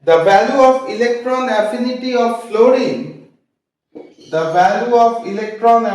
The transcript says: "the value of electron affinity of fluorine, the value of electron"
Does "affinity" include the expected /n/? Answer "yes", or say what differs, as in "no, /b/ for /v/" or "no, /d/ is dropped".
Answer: yes